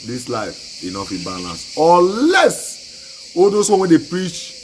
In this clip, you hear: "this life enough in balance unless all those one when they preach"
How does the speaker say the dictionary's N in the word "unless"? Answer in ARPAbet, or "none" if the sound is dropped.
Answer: none